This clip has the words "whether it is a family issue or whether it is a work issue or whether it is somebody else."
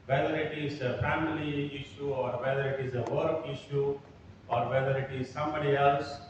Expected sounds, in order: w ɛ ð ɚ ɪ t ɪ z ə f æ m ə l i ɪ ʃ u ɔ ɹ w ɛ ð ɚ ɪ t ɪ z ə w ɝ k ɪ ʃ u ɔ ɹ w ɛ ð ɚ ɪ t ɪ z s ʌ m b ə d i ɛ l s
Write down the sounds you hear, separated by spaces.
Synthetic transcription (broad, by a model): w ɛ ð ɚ ɪ t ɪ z ə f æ m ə l i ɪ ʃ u ɔ ɹ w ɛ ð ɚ ɪ t ɪ z ə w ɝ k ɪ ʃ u ɔ ɹ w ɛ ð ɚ ɪ t ɪ z s ʌ m b ə d i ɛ l s